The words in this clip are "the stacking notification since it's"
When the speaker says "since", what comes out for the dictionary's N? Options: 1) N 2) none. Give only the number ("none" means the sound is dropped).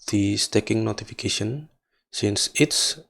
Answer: 1